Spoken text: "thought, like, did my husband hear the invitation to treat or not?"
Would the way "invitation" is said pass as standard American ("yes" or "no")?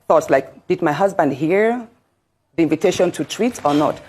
yes